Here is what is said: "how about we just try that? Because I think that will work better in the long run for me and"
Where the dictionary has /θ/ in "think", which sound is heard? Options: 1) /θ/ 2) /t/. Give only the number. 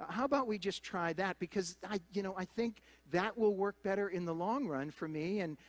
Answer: 1